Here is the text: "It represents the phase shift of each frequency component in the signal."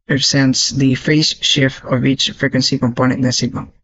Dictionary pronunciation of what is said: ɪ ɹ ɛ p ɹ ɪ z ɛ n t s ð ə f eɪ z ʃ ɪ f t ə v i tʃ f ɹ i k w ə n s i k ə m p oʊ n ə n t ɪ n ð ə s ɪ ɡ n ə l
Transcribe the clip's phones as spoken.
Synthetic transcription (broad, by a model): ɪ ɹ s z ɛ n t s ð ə f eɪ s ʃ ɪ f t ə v i tʃ f ɹ i k w ə n s i k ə m p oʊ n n ɪ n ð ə s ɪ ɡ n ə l